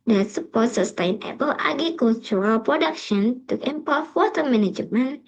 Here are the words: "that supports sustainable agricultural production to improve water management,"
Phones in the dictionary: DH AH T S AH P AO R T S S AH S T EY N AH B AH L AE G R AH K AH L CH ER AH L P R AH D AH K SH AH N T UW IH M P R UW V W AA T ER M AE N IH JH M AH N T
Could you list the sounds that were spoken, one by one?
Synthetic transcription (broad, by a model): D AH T S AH P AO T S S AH S T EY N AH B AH L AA G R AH K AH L CH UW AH L P R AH D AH K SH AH N T UW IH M P UW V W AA T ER M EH N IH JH M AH N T